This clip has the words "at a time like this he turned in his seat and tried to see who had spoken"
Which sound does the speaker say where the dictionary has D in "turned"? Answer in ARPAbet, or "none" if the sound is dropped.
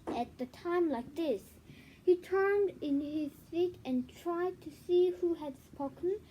D